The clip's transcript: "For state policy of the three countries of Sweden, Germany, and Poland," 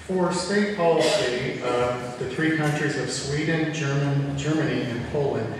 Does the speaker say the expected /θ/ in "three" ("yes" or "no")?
yes